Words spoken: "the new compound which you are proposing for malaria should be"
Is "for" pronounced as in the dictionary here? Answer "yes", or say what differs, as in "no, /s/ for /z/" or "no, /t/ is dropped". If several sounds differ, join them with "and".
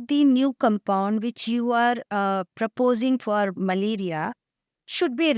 yes